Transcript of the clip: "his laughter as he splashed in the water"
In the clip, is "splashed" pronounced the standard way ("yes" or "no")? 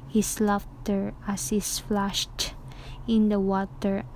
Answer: no